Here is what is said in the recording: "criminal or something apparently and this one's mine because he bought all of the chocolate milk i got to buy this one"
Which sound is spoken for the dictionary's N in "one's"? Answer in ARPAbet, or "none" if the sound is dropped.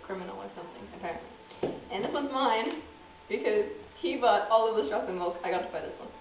none